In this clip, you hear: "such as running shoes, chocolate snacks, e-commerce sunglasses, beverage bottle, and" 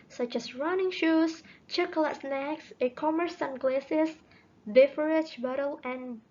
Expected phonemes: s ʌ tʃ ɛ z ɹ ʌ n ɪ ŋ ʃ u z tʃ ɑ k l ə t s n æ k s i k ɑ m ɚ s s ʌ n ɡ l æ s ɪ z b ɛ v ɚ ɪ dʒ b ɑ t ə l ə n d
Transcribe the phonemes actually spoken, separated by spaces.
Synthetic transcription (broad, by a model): s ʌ tʃ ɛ s ɹ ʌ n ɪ ŋ ʃ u s tʃ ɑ k l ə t s n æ k s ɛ k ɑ m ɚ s s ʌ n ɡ l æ s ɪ s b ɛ f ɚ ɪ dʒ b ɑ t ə l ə n